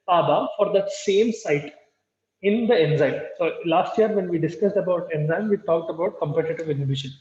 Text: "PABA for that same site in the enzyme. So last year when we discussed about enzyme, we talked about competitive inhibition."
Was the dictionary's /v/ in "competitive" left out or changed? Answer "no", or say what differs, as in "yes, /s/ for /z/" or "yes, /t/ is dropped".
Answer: no